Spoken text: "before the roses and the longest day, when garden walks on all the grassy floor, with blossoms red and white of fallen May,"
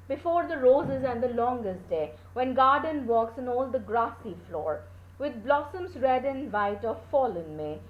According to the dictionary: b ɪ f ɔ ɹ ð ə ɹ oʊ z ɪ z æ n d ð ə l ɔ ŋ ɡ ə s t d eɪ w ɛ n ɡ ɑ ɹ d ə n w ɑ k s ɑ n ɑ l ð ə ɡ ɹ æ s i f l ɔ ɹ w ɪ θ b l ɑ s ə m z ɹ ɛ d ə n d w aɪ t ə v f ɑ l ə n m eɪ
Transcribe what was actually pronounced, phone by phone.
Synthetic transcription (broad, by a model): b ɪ f ɔ ɹ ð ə ɹ oʊ z ɪ z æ n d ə l ɔ ŋ ɡ ə s t d eɪ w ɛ n ɡ ɑ ɹ d ə n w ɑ k s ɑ n ɑ l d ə ɡ ɹ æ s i f l ɔ ɹ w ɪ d b l ɑ s ə m z ɹ ɛ d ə n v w aɪ t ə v f ɑ l ə n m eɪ